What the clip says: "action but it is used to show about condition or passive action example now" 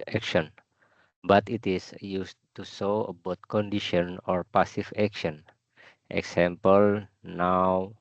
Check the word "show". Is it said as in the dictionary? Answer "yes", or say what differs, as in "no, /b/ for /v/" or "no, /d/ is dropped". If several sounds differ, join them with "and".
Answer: no, /s/ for /ʃ/